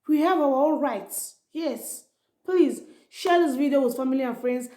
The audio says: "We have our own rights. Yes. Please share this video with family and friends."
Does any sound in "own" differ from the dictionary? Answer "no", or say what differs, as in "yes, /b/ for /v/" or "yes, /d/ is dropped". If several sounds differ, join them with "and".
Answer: yes, /l/ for /n/